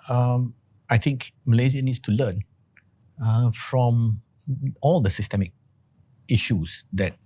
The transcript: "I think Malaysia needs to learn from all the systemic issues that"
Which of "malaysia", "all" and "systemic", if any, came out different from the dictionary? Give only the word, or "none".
malaysia